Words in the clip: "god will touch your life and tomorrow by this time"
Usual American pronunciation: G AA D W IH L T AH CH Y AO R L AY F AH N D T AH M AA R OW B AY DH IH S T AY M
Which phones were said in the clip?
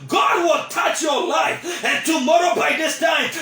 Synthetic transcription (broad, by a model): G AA D W IH L T AH CH Y AO R L AY F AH N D T AH M AA R OW B AY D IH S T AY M